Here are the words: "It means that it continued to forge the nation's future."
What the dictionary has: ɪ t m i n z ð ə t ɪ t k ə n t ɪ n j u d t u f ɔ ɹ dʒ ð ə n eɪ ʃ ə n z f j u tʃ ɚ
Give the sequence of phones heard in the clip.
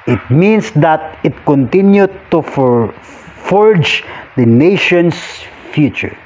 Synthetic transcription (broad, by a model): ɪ t m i n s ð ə t ɪ t k ə n t ɪ n j u d t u f ɔ ɹ dʒ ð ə n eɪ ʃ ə n s f j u tʃ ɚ